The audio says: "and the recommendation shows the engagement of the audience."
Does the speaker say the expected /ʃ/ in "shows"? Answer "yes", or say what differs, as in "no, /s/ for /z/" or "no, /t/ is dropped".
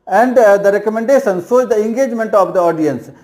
no, /s/ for /ʃ/